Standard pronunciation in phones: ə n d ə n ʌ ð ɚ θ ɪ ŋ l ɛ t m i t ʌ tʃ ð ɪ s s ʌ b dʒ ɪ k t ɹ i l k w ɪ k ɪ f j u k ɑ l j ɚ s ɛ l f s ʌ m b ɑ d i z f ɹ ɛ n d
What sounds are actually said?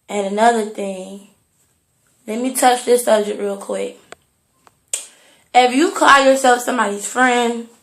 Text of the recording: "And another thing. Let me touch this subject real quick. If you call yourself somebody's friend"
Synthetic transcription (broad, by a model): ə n ə n ʌ ð ɚ θ ɪ ŋ l ɛ t m i t ʌ tʃ ð ɪ s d ʌ dʒ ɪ t ɹ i l k w ɪ k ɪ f j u k ɑ l j ɚ s ɛ l f s ʌ m b ɑ d i z f ɹ ɛ n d